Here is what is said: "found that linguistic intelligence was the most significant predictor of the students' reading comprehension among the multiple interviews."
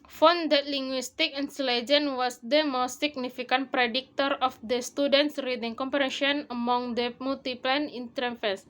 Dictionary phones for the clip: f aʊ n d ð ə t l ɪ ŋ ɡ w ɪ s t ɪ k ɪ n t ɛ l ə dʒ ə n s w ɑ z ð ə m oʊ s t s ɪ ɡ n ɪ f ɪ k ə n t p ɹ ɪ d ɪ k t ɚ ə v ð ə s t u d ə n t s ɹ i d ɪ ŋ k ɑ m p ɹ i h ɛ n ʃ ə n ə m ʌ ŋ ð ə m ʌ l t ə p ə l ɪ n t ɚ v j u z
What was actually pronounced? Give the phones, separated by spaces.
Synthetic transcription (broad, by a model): f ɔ n d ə t l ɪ ŋ ɡ w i s t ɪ k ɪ n s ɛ l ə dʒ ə n w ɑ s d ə m oʊ s t s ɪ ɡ n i f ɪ k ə n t p ɹ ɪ d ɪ k t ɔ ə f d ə s t u d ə n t s ɹ i d ɪ ŋ k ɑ m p ɹ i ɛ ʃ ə n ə m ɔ ŋ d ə m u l t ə p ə n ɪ n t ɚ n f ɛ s